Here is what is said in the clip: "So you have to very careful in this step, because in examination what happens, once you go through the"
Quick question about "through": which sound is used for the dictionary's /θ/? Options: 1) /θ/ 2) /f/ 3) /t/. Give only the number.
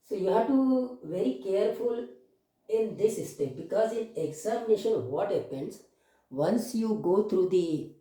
3